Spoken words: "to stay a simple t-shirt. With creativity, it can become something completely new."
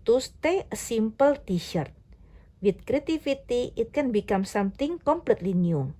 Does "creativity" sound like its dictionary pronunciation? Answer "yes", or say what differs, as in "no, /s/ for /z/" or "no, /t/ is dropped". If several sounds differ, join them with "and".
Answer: no, /f/ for /v/